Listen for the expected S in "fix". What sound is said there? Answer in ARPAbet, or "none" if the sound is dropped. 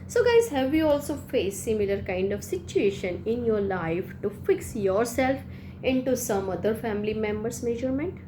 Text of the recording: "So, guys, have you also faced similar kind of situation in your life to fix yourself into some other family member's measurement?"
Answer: S